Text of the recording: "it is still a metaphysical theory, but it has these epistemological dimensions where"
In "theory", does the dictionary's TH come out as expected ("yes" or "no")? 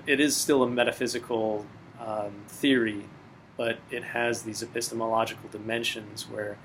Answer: yes